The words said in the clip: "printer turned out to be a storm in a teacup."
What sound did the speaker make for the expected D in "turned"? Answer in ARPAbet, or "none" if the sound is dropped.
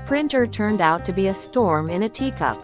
D